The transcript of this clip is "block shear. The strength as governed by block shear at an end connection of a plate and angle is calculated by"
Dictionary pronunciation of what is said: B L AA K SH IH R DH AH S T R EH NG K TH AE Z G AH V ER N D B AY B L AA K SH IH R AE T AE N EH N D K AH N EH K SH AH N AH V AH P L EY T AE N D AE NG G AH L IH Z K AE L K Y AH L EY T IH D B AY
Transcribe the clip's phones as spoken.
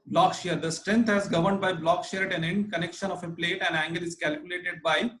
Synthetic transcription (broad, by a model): B L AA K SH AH R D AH S T R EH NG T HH AE Z G AH V ER N D B AY B L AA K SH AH R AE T AE N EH N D K AH N EH K SH AH N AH F AH P L EY T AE N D AE NG G AH L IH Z K AE L K Y AH L EY T IH D B AY